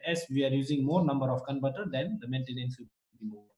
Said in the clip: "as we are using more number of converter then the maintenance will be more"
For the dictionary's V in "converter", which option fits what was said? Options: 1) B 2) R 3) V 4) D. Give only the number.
1